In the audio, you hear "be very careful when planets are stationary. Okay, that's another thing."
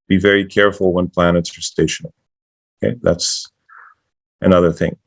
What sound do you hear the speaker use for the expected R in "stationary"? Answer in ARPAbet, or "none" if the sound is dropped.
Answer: none